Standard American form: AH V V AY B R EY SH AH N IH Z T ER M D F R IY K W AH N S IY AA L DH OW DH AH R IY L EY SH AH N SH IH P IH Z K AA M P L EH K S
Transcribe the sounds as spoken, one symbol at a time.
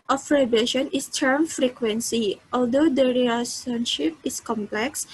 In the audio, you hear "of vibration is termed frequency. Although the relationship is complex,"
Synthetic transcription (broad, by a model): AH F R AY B EY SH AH N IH S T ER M F R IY K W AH N S IY AA L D OW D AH R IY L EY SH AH N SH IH P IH S K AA M P L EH K S